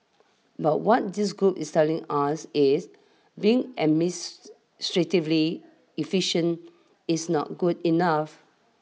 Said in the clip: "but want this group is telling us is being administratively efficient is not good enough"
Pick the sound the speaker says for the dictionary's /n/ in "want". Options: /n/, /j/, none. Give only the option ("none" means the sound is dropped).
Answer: none